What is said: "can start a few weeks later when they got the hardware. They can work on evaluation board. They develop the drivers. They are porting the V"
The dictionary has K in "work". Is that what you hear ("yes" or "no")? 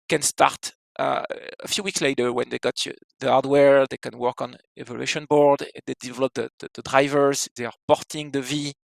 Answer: yes